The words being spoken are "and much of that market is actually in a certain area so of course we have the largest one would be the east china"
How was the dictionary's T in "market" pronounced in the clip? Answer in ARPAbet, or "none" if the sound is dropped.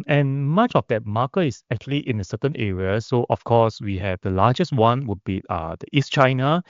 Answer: none